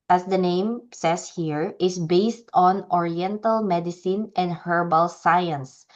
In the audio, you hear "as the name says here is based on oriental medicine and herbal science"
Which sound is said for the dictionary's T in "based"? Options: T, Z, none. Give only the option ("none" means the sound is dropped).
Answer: T